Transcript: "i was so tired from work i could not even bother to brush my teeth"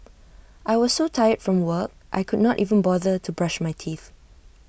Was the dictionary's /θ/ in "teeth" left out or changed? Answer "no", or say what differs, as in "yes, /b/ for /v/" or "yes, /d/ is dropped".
no